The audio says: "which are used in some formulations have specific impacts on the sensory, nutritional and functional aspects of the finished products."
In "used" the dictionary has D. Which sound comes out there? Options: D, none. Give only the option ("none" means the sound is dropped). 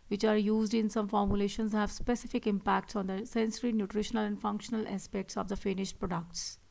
D